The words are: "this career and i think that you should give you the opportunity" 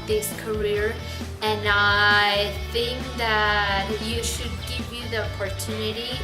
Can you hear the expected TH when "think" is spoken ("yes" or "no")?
yes